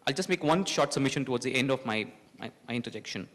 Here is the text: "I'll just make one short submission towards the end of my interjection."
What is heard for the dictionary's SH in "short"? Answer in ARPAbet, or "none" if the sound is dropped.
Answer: SH